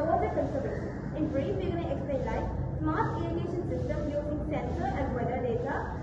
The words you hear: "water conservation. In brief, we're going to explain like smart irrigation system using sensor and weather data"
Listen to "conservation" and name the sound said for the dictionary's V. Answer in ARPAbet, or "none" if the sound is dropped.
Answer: B